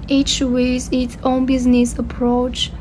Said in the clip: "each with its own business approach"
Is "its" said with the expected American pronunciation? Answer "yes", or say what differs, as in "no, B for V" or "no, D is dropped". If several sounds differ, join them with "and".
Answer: yes